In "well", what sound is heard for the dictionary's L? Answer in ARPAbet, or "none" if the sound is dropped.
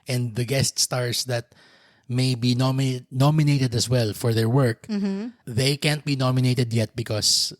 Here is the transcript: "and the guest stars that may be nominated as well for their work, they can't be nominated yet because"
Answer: L